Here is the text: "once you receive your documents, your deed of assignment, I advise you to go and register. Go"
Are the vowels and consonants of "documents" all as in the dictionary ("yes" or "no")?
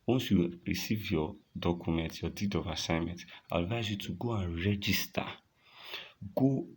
no